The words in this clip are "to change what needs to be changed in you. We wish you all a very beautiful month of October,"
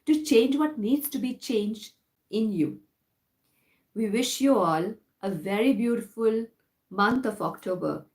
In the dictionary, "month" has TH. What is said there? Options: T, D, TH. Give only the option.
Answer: T